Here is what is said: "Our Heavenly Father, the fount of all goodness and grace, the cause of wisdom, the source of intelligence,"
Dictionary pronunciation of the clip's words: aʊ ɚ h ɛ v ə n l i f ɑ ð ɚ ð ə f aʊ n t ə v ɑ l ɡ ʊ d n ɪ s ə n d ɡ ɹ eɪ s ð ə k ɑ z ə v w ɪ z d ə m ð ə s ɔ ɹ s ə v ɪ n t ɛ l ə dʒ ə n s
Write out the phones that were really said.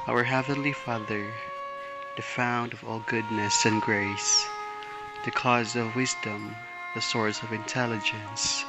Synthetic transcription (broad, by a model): aʊ ɚ h ɛ v ə n l i f ɑ ð ɚ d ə f aʊ n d ə v ɑ l ɡ ʊ d n ɪ s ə n ɡ ɹ eɪ s ð ə k ɑ z ə v w ɪ z d ə m ð ə s ɔ ɹ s ə v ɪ n t ɛ l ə dʒ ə n s